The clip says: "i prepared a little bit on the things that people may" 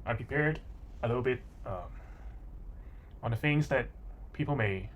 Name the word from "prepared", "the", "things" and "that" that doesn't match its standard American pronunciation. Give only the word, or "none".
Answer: things